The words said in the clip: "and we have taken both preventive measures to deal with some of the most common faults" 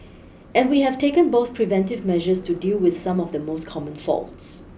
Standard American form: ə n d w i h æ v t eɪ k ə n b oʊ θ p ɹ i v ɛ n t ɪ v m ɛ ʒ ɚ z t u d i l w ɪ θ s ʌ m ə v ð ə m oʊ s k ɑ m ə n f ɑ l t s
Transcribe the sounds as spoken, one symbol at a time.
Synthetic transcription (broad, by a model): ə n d w i h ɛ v t eɪ k ə n b oʊ θ p ɹ i v ɛ n t ɪ v m ɛ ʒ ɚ s t u d i l w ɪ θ s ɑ m ə v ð ə m oʊ s k ɑ m ə n f ɑ l t s